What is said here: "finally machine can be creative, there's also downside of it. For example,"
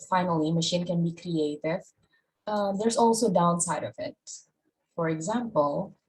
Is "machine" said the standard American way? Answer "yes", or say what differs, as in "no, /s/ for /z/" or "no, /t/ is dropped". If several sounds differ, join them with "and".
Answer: yes